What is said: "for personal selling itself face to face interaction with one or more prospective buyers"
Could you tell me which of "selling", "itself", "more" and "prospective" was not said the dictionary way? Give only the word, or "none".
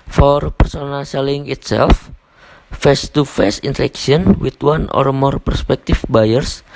prospective